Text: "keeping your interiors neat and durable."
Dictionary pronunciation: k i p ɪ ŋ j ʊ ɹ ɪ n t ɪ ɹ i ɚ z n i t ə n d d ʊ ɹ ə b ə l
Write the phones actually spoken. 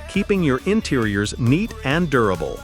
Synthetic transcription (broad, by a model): k i p ɪ ŋ j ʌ ɹ ɪ n t ɪ ɹ i ɚ z n i t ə n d d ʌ ɹ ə b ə l